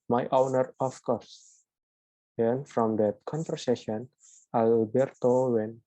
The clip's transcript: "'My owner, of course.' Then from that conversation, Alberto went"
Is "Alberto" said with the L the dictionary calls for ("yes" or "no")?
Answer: no